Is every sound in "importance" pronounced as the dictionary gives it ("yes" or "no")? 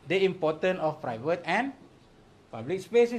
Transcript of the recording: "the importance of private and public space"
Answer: no